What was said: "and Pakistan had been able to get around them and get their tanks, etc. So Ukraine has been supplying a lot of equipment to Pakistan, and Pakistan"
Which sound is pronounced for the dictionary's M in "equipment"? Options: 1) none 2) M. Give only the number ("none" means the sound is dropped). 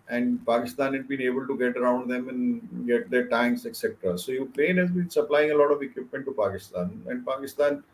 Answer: 2